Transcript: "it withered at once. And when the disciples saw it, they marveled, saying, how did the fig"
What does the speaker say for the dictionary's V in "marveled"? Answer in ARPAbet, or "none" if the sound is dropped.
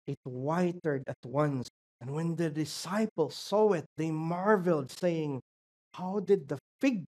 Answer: V